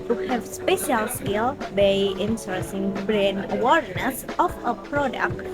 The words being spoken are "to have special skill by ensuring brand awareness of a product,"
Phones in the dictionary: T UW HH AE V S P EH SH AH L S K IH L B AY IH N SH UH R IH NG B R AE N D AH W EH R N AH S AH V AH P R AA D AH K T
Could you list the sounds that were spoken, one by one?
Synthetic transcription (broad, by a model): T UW HH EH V S P EH SH AH L S K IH L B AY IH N S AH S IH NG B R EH N AH W EH R N AH S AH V AH P R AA D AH K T